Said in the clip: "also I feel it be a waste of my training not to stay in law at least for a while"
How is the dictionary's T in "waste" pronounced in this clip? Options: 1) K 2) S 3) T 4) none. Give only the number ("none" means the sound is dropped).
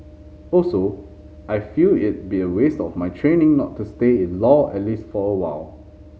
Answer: 3